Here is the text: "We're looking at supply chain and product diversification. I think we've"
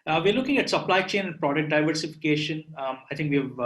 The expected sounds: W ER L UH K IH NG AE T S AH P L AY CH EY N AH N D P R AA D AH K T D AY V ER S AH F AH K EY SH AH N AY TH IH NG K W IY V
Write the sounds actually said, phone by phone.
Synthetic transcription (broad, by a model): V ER L UH K IH NG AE T S AH P L AY CH EY N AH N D P R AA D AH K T D AY V ER S AH F AH K EY SH AH N AY T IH NG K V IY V